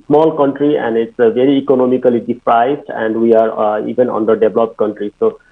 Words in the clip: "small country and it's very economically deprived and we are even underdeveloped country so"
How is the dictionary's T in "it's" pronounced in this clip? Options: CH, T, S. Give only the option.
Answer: T